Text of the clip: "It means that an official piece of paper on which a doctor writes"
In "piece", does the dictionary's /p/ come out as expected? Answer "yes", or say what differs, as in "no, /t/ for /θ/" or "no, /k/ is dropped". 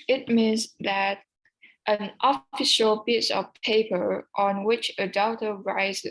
no, /b/ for /p/